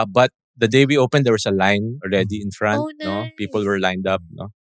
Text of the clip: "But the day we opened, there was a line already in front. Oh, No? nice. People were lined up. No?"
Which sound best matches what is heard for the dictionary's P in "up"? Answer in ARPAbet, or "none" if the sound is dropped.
P